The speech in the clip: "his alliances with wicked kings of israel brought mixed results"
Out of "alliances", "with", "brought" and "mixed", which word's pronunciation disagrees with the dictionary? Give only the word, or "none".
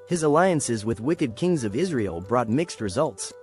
none